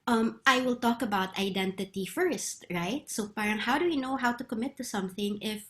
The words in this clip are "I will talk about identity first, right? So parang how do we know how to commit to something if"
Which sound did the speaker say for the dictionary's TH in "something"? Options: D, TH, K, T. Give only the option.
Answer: TH